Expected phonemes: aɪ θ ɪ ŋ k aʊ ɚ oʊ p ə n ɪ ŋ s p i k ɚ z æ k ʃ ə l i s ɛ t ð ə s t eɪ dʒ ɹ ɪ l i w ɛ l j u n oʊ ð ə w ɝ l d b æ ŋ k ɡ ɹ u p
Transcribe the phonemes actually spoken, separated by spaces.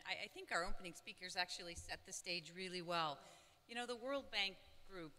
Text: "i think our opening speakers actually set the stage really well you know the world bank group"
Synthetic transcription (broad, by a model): aɪ θ ɪ ŋ k aʊ ɚ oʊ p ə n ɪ ŋ s p i k ɚ z æ k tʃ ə l i s ɛ t ð ə s t eɪ dʒ ɹ ɪ l i w ɛ l j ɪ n oʊ ð ə w ɝ l d b æ ŋ k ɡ ɹ u p